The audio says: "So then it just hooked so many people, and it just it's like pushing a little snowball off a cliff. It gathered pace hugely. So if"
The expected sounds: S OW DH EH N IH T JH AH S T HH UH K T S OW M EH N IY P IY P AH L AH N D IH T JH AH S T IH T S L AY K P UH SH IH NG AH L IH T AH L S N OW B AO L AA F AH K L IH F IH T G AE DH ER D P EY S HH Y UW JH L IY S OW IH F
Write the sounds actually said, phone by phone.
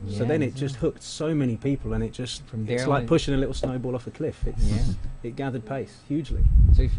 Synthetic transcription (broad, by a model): S OW DH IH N IH T JH AH S T HH UH K T S OW M EH N IY P IY P AH L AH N IH T JH AH S T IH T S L AY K P UH SH IH NG AH L IH T L S N OW B AO L AA F AH K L IH F IH T G AE DH ER D P EY S HH Y UW JH L IY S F